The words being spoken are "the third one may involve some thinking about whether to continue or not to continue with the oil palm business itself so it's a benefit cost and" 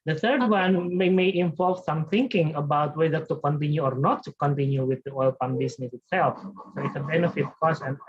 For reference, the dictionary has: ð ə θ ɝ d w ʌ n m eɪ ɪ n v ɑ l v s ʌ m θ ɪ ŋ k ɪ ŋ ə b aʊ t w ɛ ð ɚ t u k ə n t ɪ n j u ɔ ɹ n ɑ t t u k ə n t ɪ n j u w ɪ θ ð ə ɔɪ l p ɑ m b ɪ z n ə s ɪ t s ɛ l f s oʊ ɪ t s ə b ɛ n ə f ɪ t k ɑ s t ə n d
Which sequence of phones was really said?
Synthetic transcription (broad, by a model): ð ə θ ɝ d w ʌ n m eɪ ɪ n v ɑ l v s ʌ m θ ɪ ŋ k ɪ ŋ ə b aʊ t w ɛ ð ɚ t u k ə n t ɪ n j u ɔ ɹ n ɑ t t u k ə n t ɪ n j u w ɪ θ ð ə ɔɪ l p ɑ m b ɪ s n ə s ɪ t s ɛ l f s oʊ ɪ t s ə b ɛ n ə f ɪ t k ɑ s ə n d